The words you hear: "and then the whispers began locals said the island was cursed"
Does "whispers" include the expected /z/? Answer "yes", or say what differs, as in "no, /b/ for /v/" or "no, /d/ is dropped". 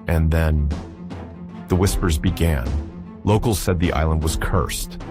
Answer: yes